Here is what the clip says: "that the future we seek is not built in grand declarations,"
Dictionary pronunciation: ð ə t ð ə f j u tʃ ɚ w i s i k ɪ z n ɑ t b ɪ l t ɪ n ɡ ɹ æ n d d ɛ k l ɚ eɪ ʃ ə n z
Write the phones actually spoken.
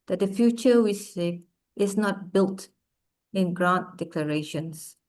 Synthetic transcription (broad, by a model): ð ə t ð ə f j u tʃ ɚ w i s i ɪ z n ɑ t b ɪ l t ɪ n ɡ ɹ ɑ n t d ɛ k l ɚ eɪ ʃ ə n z